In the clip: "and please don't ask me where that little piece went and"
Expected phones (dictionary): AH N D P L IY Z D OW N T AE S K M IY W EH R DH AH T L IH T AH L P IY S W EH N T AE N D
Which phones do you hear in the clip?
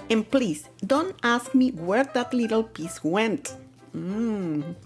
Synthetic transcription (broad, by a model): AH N P L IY S D OW N T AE S K M IY W EH R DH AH T L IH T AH L P IY S W EH N T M